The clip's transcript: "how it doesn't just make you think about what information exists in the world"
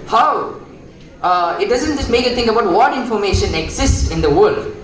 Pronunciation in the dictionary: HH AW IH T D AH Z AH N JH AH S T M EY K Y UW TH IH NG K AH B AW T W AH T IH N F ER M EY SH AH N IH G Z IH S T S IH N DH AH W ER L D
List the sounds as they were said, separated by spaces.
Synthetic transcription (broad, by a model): HH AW IH T D AH Z AH N JH AH S T M EY K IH T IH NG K AH B AW T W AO T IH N F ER M EY SH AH N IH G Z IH S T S IH N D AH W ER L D